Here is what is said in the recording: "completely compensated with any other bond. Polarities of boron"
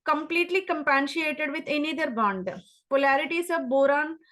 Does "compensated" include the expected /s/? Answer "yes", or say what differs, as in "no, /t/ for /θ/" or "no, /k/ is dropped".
no, /ʃ/ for /s/